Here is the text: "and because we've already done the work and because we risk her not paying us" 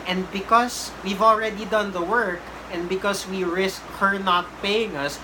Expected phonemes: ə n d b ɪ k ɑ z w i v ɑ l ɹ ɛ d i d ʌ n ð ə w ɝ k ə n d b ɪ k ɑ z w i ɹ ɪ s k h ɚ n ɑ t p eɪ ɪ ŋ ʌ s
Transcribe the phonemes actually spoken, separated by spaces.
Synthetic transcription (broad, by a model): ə n d b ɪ k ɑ s w i v ɑ l ɹ ɛ d i d ʌ n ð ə w ɝ k ə n d b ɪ k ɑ s w i ɹ ɪ s k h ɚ n ɑ t p eɪ ɪ ŋ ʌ s